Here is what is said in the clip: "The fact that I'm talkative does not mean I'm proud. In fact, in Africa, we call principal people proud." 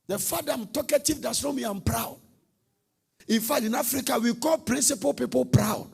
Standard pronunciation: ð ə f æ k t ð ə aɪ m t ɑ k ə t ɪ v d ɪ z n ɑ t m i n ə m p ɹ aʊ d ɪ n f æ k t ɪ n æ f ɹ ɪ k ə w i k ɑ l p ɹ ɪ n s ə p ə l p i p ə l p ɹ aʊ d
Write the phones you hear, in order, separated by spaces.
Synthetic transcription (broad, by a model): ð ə f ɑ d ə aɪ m t ɑ k ə t ɪ v d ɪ s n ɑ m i ə m p ɹ aʊ d ɪ n f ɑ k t ɪ n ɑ f ɹ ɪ k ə w i k ɑ l p ɹ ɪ n s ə p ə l p i p ə l p ɹ aʊ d